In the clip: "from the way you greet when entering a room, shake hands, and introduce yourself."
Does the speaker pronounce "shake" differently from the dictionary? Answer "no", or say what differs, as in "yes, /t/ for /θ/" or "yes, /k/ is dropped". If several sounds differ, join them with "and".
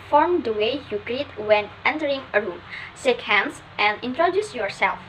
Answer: yes, /s/ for /ʃ/